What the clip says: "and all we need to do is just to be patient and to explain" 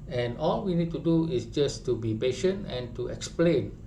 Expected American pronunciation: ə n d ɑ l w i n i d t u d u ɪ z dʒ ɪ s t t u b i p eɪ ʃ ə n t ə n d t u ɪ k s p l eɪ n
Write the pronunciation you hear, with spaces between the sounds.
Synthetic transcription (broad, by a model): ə n ɑ l w i n i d t u d u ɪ s dʒ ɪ s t t u b i p eɪ ʃ ə n t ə n t u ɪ k s p l eɪ n